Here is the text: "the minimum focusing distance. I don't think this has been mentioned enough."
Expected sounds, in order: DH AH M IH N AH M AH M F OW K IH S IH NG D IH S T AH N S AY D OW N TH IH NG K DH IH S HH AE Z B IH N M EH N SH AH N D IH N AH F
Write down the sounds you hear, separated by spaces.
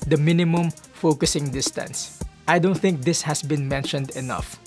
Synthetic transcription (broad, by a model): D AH M IH N AH M AH M F OW K IH S IH NG D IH S T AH N S AY D OW N TH IH NG K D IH S HH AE S B IH N M EH N SH AH N D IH N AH F